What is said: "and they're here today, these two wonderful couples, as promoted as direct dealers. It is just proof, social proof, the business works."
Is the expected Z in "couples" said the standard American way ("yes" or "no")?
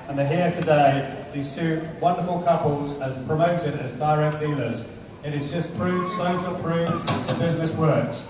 yes